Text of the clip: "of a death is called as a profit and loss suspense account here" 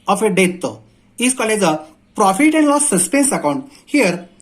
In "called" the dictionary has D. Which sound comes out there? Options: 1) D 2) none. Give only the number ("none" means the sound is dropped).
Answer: 2